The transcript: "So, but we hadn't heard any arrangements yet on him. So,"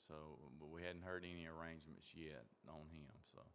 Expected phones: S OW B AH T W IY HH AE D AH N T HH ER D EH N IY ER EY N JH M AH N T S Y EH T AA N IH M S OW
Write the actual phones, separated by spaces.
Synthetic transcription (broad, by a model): S OW B AH T W IY HH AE D N T HH ER D EH N IY ER EY N JH M AH N T S Y EH T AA N IH M S OW